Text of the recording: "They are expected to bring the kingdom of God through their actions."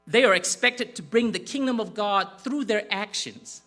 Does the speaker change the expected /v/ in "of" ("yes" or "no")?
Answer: no